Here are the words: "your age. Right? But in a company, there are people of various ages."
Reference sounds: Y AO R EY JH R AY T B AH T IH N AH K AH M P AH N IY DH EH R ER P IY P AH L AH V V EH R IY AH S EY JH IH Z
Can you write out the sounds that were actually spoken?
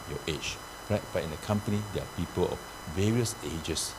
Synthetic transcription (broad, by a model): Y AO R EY CH R AY T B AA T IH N AH K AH M P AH N IY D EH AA P IY P AH L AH F V EH R IY AH S EY JH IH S